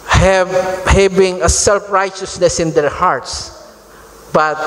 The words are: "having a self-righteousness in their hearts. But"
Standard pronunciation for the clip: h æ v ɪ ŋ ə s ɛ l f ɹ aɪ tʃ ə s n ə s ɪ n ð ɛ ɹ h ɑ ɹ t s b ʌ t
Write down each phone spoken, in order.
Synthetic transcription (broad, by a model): h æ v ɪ ŋ ə s ɛ l f ɹ aɪ tʃ ə s n ə s ɪ n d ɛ ɹ h ɑ ɹ t s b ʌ t